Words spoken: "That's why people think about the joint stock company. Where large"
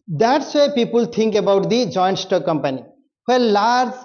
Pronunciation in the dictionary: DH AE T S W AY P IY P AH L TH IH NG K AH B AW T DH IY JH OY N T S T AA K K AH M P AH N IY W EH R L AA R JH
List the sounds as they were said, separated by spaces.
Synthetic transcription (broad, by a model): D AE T S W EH P IY P AH L T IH NG K AH B AW T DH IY JH OY N T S T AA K K AH M P AH N IY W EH L L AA R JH